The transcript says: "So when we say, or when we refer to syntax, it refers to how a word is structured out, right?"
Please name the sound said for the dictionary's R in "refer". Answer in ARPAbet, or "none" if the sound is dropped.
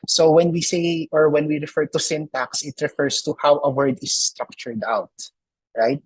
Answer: R